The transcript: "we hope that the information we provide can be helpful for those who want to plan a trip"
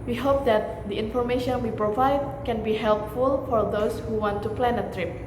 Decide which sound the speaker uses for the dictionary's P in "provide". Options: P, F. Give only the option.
P